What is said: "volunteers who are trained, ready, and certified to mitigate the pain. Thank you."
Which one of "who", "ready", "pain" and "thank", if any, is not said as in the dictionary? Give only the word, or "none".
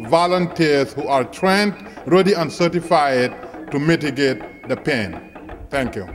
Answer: thank